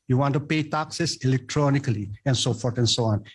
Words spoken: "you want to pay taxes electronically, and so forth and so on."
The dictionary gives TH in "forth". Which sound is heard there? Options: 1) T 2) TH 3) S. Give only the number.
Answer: 1